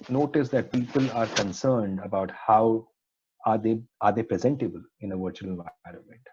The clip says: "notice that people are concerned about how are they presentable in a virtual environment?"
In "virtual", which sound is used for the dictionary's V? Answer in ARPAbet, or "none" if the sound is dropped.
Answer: V